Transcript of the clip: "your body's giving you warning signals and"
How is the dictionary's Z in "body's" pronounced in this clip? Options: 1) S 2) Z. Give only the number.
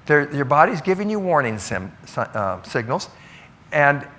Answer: 2